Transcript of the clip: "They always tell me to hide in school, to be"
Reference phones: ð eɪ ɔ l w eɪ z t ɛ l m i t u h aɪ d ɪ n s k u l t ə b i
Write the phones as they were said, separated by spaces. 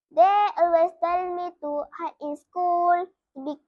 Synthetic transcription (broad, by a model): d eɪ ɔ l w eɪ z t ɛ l m i t u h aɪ ɪ n s k u l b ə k